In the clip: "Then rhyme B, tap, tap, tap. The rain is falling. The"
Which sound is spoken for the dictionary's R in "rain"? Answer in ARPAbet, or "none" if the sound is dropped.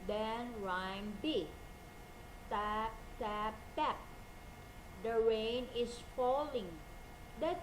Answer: R